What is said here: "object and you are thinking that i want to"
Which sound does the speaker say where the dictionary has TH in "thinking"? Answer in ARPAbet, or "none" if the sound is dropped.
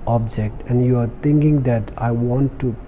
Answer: T